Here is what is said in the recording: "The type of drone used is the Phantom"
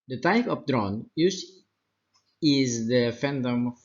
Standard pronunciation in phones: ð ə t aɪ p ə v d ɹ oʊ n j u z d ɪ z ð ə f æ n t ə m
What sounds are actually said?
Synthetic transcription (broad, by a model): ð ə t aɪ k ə p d ɹ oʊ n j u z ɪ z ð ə f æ n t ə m